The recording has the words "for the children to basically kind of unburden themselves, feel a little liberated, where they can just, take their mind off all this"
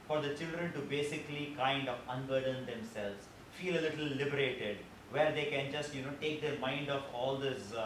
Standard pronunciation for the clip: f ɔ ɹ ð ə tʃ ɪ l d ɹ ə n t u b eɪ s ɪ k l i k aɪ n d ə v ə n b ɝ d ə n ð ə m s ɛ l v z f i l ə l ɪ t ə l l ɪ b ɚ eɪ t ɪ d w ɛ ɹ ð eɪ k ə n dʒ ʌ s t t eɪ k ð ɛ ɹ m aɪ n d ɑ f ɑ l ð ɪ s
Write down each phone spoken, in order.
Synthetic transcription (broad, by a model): f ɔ ɹ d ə tʃ ɪ l d ɹ ə n t u b eɪ s ɪ k l i k aɪ n d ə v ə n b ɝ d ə n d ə m s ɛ l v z f i l ə l ɪ t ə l l ɪ b ɚ eɪ t ɪ d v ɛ ɹ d eɪ k ə n dʒ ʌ s t t eɪ k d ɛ ɹ m aɪ n d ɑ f ɑ l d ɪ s